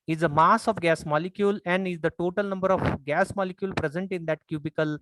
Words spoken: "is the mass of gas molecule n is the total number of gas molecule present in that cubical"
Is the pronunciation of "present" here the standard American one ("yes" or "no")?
yes